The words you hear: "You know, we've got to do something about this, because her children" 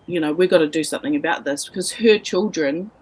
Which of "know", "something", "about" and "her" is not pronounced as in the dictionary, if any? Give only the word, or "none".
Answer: none